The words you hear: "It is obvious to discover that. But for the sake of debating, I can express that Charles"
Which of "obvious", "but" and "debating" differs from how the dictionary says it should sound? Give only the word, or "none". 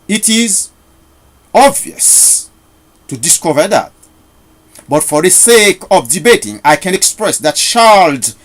none